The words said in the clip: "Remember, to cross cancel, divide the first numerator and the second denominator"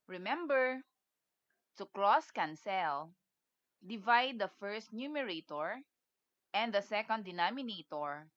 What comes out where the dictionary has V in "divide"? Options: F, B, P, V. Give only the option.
V